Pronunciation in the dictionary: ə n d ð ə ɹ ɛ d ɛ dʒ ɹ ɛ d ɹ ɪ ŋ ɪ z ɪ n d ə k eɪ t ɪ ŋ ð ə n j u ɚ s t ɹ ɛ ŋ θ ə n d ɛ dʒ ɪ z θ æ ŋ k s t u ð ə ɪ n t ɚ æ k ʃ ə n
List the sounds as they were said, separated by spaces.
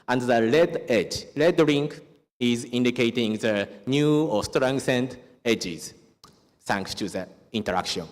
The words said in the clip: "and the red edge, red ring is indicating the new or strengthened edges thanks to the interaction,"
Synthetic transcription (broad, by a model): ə n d ð ə l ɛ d ɛ dʒ l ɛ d ɹ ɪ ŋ ɪ z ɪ n d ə k eɪ t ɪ ŋ ð ə n j u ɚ s t ɹ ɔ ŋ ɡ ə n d ɛ dʒ ɪ z θ æ ŋ k s t u ð ə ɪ n t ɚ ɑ k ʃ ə n